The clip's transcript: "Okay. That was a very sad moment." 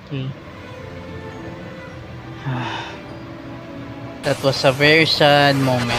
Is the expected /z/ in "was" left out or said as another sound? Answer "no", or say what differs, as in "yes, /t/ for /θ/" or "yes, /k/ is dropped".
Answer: yes, /s/ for /z/